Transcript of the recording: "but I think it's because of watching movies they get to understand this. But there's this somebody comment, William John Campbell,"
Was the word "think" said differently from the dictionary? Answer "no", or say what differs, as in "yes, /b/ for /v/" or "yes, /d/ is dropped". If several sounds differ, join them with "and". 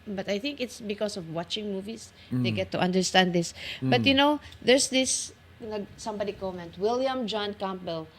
no